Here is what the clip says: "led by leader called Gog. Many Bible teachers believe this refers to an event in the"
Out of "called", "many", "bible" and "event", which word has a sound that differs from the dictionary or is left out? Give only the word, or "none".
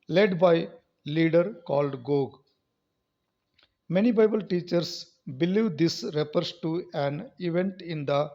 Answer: none